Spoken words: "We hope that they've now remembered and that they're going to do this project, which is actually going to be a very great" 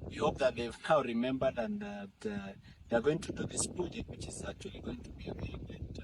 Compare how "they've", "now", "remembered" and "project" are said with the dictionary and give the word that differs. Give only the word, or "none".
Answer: project